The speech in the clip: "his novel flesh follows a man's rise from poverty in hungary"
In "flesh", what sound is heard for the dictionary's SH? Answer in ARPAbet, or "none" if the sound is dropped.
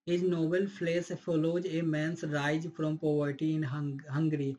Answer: S